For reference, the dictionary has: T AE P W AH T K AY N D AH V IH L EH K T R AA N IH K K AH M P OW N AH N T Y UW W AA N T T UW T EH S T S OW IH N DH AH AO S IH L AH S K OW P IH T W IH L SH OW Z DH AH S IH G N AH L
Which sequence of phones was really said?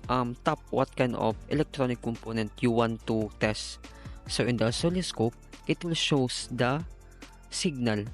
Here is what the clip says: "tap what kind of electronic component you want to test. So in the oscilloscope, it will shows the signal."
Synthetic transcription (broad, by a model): T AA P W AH T K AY N AH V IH L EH K T R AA N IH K K AH M P OW N AH N T Y UW W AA N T T UW T EH S T S OW IH N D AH S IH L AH S K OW P IH T W IH L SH OW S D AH S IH G N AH L